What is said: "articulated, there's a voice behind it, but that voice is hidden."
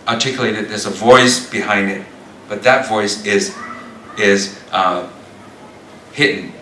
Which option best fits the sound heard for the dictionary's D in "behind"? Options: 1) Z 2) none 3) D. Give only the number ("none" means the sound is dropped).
3